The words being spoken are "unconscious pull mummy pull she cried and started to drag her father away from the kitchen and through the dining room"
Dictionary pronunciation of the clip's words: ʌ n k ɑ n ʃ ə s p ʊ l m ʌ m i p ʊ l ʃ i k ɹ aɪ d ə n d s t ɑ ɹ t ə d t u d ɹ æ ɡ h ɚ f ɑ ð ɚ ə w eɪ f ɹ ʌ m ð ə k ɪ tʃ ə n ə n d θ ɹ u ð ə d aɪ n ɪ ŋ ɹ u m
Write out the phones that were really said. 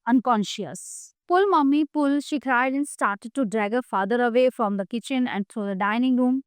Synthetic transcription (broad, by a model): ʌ n k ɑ n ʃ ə s p ʊ l m ʌ m i p ʊ l ʃ i k ɹ aɪ d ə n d s t ɑ ɹ t ə d t u d ɹ æ ɡ h ɚ f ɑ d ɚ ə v eɪ f ɹ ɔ m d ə k ɪ tʃ ə n ə n d t ɹ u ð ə d aɪ n ɪ ŋ ɹ u m